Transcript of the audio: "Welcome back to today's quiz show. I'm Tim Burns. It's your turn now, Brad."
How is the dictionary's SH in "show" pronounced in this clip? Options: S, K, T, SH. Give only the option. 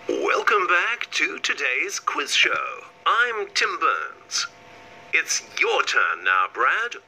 SH